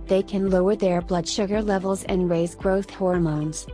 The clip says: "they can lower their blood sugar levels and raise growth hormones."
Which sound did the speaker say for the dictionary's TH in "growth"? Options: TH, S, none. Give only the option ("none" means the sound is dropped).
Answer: TH